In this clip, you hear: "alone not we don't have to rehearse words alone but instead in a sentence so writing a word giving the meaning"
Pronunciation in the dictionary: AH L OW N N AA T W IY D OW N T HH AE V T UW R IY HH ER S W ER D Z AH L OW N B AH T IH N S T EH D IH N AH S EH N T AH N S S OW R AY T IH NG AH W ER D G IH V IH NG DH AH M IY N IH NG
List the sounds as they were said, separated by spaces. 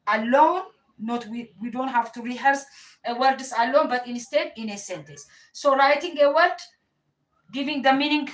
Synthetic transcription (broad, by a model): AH L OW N N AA T W IY D OW N T HH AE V T UW R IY HH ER S W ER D S AH L OW N B AH T IH N S T EH D IH N AH S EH N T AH S S OW R AY T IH NG AH W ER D G IH V IH NG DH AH M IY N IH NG